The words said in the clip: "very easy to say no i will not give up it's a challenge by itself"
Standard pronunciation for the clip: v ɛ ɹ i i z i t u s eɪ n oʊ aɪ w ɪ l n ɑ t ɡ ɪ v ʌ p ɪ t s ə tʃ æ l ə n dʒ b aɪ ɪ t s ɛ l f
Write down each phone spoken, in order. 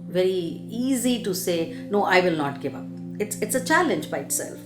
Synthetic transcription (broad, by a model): v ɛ ɹ i i z i t u s eɪ n oʊ aɪ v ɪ l n ɑ t ɡ ɪ v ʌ p ɪ t s ə tʃ æ l ə n dʒ b aɪ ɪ t s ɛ l f